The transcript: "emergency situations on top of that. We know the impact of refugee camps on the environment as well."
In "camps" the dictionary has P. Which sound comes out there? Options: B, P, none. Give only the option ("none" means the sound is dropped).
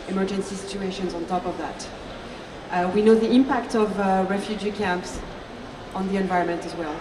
P